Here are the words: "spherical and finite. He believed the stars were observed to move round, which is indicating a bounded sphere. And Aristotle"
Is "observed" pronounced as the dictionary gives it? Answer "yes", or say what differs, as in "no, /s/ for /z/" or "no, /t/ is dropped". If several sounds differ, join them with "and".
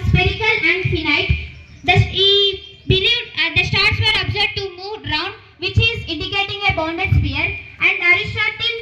no, /v/ is dropped